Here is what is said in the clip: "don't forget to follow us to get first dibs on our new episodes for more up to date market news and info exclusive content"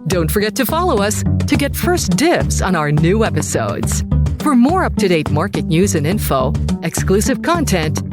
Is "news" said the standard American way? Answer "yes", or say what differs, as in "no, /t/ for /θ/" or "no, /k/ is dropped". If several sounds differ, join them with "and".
yes